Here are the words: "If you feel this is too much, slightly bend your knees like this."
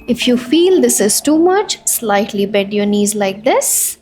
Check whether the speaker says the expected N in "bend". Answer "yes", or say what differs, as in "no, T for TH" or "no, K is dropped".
no, N is dropped